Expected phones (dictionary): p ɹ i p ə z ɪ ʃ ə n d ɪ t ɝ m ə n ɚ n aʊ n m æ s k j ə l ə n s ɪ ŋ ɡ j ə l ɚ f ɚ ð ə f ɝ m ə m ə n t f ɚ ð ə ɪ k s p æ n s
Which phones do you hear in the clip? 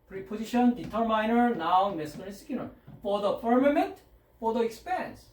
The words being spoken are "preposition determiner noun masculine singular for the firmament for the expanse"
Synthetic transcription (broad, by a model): p ɹ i p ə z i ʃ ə n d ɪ t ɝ m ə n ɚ n aʊ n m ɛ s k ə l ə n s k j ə n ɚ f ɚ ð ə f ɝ m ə m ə n t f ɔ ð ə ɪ k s p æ n s